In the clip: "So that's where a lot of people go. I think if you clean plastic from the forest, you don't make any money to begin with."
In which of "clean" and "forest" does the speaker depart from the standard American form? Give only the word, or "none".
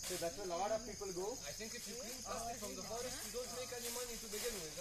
clean